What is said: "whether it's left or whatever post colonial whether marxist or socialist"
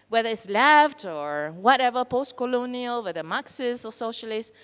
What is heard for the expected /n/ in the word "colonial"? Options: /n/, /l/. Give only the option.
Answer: /n/